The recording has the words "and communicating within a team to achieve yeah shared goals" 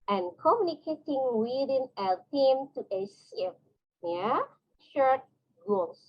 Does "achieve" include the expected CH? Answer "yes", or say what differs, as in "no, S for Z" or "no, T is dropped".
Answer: no, S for CH